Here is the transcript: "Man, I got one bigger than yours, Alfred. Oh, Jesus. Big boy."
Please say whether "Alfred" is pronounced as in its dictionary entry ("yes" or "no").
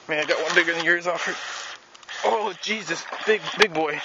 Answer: no